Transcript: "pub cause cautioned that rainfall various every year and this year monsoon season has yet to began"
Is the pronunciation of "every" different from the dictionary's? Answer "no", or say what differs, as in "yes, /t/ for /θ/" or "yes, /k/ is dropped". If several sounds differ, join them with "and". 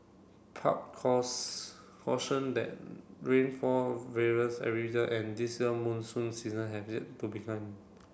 yes, /v/ is dropped